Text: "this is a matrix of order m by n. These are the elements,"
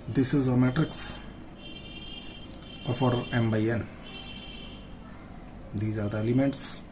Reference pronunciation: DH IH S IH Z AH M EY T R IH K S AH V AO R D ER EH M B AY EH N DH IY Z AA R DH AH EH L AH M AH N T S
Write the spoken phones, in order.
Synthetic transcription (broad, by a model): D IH S IH Z AH M EY T R IH K S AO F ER EH M B AY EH N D IY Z AA R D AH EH L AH M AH N T S